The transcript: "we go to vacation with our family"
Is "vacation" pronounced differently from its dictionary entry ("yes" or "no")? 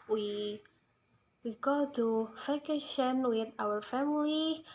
yes